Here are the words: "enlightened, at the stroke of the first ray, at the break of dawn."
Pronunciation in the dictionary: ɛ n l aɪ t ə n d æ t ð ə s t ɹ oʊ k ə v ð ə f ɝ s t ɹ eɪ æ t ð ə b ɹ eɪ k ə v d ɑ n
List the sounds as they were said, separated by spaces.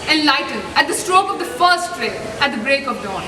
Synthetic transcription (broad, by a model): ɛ n l aɪ t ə n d æ t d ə s t ɹ oʊ k ə v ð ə f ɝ s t ɹ eɪ æ t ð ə b ɹ eɪ k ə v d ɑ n